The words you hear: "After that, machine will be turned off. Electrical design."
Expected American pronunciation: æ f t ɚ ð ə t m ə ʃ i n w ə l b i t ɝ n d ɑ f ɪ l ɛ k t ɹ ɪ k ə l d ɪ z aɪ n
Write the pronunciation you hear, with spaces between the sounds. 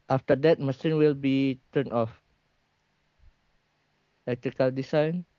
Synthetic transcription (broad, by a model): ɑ f t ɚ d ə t m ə s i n w ə l b i t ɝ n ɑ f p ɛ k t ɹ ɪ k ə l d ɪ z aɪ n